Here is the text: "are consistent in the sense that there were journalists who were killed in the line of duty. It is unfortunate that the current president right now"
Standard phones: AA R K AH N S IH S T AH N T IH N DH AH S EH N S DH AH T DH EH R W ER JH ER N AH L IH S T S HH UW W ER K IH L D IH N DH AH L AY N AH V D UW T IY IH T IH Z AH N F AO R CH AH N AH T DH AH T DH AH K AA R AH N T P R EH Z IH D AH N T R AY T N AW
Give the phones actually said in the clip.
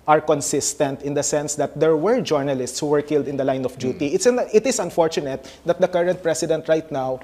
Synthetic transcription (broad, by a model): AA R K AH N S IH S T AH N T IH N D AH S EH N S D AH T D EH R W ER JH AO N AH L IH S T S HH UW W ER K IH L D IH N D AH L AY N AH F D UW T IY IH T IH S AH N F AO R CH AH N AH T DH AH T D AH K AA R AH N T P R EH S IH D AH N T R AY T N AW